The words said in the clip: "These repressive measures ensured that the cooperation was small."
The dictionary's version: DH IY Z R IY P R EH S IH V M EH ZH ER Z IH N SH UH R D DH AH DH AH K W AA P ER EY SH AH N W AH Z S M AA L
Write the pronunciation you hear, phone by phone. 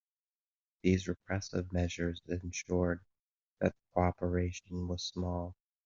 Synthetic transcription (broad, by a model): DH IY Z R IY P R EH S IH V M EH ZH ER Z IH N SH UH R D DH AH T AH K AA P ER EY SH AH N W AH Z S M AA L